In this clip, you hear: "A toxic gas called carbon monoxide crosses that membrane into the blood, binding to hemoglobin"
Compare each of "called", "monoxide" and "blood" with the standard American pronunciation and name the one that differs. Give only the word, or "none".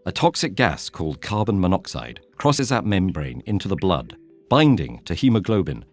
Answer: none